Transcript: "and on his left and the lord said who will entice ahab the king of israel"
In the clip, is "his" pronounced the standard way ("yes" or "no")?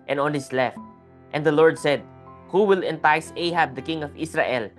no